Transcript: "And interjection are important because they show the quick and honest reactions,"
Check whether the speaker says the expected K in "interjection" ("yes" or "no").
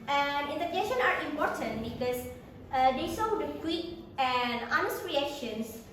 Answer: no